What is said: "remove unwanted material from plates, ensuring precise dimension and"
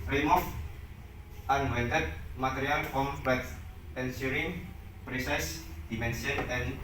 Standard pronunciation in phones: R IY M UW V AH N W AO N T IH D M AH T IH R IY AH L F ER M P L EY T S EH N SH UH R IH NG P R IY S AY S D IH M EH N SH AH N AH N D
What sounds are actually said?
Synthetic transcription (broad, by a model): R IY M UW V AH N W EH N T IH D M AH T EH R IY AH L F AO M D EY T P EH N S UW R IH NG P R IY S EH S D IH M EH N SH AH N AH N